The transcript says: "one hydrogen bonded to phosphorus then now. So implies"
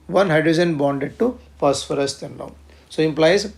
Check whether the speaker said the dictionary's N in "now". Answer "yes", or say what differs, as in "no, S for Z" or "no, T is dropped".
no, L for N